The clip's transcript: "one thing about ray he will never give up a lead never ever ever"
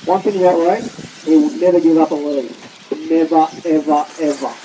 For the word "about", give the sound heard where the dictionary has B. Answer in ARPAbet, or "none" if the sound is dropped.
none